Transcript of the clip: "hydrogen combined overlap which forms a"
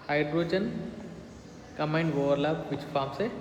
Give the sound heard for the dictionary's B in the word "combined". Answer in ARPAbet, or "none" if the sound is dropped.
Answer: none